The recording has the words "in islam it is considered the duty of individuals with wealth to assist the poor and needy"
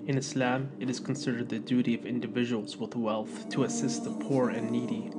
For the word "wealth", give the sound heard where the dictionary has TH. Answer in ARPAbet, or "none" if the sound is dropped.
TH